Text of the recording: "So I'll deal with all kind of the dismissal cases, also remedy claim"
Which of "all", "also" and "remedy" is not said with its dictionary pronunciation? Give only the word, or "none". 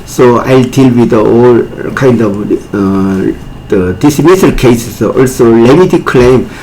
remedy